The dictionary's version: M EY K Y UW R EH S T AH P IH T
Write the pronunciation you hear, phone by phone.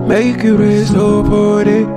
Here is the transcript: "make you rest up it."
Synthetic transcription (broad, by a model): M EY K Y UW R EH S AO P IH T